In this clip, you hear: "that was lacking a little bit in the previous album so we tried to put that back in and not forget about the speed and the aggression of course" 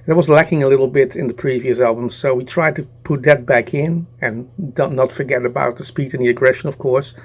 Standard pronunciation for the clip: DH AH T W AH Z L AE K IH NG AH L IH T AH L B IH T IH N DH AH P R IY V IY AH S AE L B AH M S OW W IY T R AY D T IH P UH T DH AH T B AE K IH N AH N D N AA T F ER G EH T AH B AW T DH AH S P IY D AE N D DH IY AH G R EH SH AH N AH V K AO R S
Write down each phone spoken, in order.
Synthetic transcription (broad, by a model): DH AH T W AH Z L AE K IH NG AH L IH T L B IH T IH N DH AH P R IY V IY AH S AE L B AH M S OW W IY T R AY D T IH P UH T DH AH T B AE K IH N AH N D N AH T F ER G EH T AH B AW T DH AH S P IY D N DH IY AH G R EH SH AH N AH V K AO R S